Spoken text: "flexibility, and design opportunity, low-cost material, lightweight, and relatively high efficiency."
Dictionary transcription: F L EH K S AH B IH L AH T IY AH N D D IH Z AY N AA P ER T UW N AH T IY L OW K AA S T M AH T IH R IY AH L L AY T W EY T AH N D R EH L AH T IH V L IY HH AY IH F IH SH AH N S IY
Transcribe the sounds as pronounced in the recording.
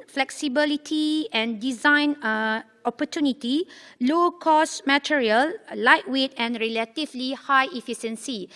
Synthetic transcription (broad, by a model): F L EH K S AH B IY L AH T IY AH N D D IH Z AY N AA P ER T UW N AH T IY L OW K AA S M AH T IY R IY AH L L AY T W EY T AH N R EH L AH T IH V L IY HH AY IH F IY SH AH N S IY